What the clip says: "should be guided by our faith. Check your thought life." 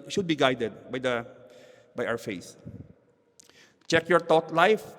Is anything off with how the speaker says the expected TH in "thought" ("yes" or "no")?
yes